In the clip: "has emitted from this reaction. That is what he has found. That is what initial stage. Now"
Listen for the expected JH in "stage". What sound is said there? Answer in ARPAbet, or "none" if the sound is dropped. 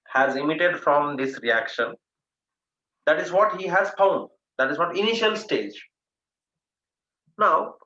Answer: JH